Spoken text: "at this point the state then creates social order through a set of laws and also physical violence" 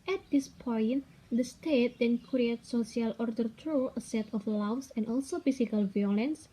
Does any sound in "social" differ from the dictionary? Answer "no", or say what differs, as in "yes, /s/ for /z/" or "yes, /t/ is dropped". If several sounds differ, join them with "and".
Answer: yes, /ʃ/ is dropped